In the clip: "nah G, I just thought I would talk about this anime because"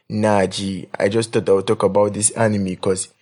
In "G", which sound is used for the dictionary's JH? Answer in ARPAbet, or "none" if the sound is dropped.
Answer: JH